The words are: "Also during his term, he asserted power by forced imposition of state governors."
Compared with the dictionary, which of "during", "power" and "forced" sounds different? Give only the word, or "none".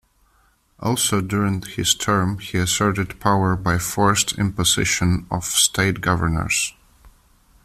none